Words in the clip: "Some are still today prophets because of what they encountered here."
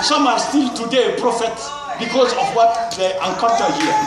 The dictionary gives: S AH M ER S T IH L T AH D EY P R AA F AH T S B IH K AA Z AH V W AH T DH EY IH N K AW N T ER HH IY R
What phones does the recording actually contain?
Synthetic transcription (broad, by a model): S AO M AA S T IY L T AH D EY P R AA F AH T B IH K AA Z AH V W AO T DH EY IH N K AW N T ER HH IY